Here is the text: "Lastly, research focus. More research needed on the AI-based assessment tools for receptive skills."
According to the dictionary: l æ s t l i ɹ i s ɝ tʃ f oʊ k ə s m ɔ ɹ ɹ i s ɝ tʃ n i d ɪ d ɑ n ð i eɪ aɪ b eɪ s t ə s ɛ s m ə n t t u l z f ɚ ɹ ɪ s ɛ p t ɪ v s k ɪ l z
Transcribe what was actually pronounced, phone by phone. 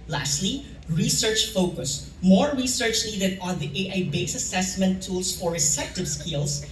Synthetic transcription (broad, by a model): l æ s t l i ɹ i s ɝ tʃ f oʊ k ə s m ɔ ɹ ɹ i s ɝ tʃ n i d ɪ d ɑ n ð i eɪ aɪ b eɪ s ə s ɛ s m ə n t t u l s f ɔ ɹ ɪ s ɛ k t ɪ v s k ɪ l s